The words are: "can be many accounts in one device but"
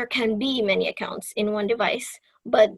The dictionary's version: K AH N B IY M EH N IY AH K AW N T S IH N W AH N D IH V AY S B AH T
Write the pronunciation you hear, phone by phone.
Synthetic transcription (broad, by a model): K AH N B IY M EH N IY AH K AW N T S IH N W AH N D IH V AY S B AH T